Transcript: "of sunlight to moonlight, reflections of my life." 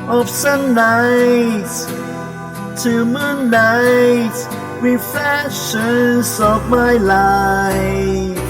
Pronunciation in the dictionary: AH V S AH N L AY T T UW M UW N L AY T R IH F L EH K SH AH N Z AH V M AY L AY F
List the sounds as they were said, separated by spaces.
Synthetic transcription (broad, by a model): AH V S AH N AY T T UW M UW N AY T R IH F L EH K SH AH N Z AH V M AY L AY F